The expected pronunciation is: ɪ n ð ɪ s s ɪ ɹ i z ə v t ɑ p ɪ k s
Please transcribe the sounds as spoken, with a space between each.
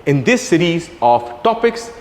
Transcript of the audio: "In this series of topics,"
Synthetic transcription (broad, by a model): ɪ n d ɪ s s ɪ ɹ i z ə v t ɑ p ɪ k s